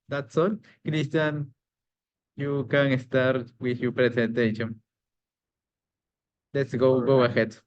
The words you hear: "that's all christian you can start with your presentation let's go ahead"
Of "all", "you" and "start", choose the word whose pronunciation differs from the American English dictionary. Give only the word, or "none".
all